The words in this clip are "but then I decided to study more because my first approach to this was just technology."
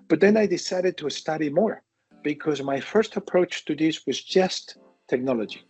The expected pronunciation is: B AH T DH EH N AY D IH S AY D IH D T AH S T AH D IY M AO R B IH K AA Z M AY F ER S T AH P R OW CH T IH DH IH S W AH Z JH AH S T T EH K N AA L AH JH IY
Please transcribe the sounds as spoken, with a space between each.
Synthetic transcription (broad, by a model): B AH T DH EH N AY D IH S AY D IH D T AH S T AH D IY M AO R B IH K AA Z M AY F ER S T AH P R OW CH T IH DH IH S W AH Z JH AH S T T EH K N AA L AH JH IY